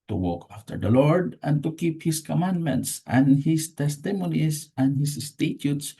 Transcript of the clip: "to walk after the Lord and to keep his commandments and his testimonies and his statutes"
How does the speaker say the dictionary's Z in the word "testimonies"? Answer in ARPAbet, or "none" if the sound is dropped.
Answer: S